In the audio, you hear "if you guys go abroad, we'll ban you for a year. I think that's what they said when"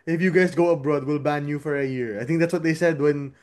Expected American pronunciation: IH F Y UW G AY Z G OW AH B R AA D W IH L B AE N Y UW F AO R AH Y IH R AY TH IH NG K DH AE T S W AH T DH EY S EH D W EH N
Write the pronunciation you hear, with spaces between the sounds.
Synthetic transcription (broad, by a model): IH F Y UW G AY S G OW AH B R AA D W IH L B AE N Y UW F AO R AH Y IH R AY TH IH NG K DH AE T S W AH T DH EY S EH D W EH N